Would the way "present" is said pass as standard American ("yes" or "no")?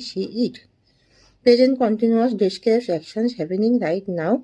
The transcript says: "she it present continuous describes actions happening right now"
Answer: no